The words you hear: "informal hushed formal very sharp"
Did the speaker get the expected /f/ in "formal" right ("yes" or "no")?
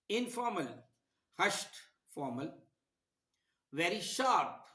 yes